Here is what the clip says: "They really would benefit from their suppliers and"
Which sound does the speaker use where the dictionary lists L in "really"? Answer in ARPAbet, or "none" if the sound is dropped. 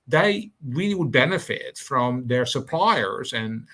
W